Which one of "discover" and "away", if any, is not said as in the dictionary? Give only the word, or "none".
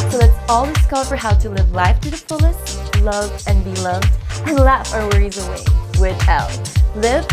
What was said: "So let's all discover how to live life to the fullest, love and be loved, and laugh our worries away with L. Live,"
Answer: discover